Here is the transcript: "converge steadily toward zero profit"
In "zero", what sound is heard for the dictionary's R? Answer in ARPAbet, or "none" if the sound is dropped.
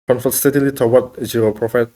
none